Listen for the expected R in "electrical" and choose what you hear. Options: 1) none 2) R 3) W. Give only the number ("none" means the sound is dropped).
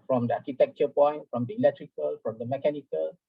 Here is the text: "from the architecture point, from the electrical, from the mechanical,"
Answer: 2